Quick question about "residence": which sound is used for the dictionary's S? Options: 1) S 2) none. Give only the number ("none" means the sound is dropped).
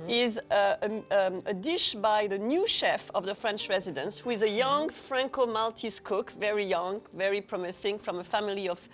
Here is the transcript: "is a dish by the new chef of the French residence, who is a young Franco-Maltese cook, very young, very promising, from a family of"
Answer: 1